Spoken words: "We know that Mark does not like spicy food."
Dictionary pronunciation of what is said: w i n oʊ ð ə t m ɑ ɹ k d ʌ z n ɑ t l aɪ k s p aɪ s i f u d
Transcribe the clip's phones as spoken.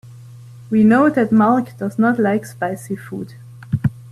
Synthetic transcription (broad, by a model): w i n oʊ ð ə t m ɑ l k d ʌ z n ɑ t l aɪ k s p aɪ s i f u d